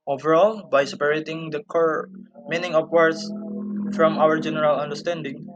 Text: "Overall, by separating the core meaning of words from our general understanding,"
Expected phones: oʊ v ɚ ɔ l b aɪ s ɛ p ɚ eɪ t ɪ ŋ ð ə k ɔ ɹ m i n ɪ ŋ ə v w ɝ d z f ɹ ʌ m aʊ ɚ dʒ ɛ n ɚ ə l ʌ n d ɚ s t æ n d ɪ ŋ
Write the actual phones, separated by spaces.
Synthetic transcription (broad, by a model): oʊ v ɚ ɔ l b aɪ s ɛ p ɚ eɪ t ɪ ŋ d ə k ɔ ɹ m i n ɪ ŋ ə p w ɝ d s f ɹ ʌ m aʊ ɚ dʒ ɛ n ɚ ə l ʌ n d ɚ s t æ n d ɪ ŋ